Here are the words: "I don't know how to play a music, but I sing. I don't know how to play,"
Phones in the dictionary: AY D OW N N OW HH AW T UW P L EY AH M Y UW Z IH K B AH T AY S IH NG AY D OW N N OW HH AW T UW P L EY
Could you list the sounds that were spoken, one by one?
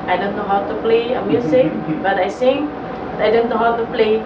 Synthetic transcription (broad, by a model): AY D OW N N OW HH AW T UW P L EY AH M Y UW S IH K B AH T AY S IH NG AY D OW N N OW HH AW T UW P L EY